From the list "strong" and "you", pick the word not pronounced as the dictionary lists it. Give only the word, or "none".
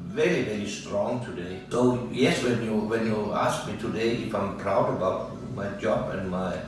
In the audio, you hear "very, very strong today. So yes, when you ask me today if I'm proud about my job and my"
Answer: none